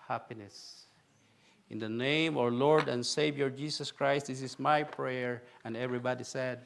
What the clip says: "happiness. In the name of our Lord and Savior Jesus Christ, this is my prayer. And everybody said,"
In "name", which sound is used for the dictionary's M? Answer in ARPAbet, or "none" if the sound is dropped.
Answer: none